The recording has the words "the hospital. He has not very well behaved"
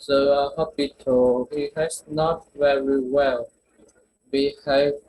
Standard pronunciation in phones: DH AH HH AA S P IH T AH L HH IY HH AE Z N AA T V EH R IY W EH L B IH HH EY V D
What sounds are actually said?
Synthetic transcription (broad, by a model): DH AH HH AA P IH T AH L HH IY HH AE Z N AA T V EH R IY W EH L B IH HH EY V